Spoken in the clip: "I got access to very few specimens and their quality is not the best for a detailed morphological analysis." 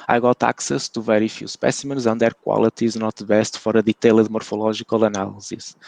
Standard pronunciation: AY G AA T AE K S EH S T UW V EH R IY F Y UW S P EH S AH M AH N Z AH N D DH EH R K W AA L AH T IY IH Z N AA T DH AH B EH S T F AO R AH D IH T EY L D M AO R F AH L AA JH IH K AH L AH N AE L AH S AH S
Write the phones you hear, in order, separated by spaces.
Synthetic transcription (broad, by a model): AY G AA T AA K S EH S T UW V EH R IY F Y UW S P EH S AH M AH N Z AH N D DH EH R K W AA L AH T IY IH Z N AA T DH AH B EH S T F AO R AH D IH T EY L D M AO R F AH L AA ZH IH K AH L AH N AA L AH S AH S